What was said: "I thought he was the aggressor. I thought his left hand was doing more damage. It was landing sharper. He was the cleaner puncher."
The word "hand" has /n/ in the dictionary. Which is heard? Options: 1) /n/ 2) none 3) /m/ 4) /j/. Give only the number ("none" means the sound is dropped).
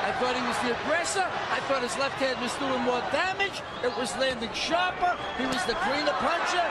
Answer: 2